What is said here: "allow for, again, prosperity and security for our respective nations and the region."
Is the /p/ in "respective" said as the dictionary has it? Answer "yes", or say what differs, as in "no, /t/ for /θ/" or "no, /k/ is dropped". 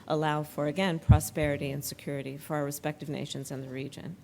yes